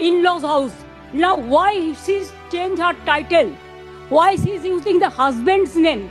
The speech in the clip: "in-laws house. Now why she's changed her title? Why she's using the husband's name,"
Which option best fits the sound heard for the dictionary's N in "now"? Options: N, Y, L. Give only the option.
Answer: N